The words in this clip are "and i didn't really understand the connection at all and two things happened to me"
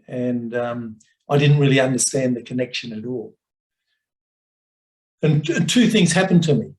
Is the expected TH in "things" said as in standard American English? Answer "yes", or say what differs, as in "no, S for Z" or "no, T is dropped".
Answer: yes